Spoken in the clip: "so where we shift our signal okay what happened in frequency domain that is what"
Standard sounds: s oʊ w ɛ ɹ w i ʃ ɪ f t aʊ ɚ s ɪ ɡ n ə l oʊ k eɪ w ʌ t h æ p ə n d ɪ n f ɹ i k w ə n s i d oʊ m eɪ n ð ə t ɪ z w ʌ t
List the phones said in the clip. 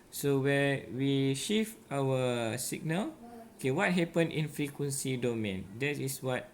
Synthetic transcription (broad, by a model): s oʊ w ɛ w i ʃ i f aʊ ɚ s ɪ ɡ n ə l oʊ k eɪ w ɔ t h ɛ p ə n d ɪ n f ɹ i k w ə n s i d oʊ m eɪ n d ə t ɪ s w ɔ t